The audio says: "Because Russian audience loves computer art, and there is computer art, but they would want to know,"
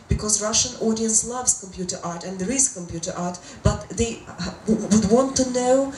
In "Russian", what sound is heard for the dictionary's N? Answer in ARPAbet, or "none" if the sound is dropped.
N